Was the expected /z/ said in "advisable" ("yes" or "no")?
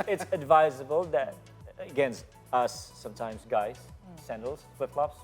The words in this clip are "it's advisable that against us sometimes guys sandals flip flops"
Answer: yes